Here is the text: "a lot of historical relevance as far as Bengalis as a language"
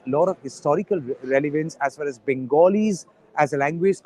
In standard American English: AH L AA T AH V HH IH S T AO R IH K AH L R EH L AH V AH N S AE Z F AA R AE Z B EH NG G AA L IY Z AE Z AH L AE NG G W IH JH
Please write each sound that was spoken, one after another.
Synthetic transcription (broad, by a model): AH L AA T AH V HH IH S T AO R IH K AH L R EH L AH V AH N S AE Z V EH L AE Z B EH NG G AA L IY Z AE Z AH L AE NG G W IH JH